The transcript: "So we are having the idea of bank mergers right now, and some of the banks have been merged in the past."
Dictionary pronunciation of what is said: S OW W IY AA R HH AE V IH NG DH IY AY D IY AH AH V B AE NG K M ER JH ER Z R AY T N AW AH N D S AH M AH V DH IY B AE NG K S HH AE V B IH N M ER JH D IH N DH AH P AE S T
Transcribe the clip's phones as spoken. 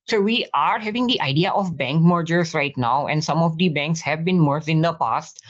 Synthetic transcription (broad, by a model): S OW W IY AA R HH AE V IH NG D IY AY D IY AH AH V B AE NG K M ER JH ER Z R AY T N AW AH N D S AH M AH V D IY B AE NG K S HH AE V B IH N M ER D IH N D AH P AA S T